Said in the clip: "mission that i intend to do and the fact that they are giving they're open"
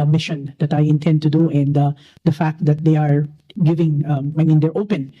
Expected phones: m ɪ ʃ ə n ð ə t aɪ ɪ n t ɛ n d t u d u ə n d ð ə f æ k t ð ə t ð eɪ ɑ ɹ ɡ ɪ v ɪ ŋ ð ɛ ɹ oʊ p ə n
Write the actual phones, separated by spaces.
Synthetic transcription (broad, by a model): m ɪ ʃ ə n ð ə t aɪ ɪ n t ɛ n d t u d u ə n d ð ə f æ k t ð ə t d eɪ ɑ ɹ ɡ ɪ v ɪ ŋ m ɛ ɹ oʊ p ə n